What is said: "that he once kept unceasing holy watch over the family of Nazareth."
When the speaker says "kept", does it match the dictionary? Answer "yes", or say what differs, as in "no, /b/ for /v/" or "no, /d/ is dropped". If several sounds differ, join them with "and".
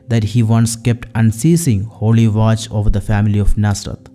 yes